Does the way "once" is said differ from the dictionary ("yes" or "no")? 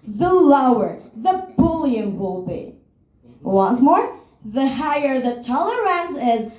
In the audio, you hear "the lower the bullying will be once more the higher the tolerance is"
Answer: no